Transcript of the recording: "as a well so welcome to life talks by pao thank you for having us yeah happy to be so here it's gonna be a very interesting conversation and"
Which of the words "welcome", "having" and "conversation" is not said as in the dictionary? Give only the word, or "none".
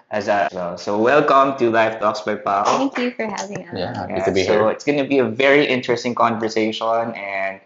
none